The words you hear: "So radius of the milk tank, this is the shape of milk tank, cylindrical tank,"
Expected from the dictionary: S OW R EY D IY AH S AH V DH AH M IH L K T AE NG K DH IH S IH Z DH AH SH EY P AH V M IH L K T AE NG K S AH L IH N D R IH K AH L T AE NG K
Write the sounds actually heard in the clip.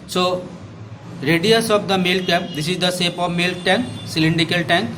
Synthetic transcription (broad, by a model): S OW R EY D IY AH S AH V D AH M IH L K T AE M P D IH S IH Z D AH S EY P AH V M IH L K T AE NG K S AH L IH N D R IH K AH L T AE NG K